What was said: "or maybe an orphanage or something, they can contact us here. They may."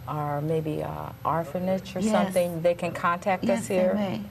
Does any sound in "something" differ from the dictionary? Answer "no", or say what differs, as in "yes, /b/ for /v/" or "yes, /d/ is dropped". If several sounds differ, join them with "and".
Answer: no